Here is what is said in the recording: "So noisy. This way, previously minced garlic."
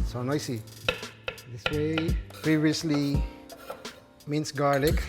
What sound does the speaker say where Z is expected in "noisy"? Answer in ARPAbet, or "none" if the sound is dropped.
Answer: S